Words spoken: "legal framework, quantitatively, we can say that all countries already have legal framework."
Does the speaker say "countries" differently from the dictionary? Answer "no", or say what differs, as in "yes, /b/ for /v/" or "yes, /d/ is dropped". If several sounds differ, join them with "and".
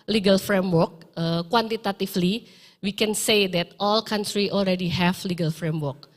yes, /z/ is dropped